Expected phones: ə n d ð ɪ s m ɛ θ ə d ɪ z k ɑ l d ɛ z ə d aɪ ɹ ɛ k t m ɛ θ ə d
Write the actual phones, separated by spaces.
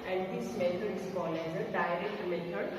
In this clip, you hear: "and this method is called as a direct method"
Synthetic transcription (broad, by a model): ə n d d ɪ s m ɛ t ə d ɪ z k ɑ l ɛ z ə d aɪ ɹ ɛ k t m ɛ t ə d